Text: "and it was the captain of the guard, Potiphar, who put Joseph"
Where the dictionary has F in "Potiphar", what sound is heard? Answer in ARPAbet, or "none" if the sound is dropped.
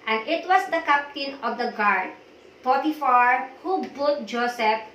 F